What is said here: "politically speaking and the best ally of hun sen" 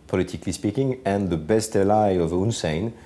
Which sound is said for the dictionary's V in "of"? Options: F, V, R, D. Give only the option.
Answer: V